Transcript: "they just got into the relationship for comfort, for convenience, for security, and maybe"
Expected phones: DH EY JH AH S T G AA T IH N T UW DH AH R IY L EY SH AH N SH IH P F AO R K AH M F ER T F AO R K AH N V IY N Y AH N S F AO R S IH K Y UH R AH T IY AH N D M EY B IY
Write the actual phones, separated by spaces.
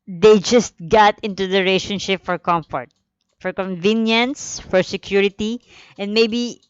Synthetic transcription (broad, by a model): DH EY JH AH S T G AA T IH N T UW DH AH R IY IH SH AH N SH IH P F AO R K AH M F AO T F AO R K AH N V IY N Y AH N S F AO R S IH K Y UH R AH T IY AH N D M EY B IY